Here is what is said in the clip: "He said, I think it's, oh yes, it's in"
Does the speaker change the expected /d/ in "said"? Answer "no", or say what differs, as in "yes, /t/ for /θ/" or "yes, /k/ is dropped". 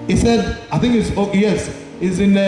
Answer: no